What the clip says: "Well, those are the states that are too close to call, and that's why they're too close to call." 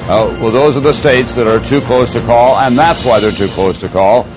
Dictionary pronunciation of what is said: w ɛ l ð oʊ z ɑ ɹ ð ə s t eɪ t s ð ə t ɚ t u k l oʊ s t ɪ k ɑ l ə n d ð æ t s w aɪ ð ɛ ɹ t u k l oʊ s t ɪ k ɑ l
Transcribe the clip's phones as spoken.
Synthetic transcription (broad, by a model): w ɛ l ð oʊ z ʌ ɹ ð ə s t eɪ t s ð ə t ɚ t u k l oʊ s t ɪ k ɑ l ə n ð æ t s w aɪ ð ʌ ɹ t u k l oʊ s t ɪ k ɑ l